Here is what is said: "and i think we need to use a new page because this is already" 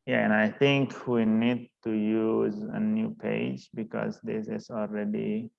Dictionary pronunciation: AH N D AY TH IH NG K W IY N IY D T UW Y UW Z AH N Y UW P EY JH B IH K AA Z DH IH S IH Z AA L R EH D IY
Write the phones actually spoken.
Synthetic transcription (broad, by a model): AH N AY T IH NG K W IY N IY D T UW Y UW Z AH N Y UW P EY JH B IH K AA Z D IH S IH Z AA L R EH D IY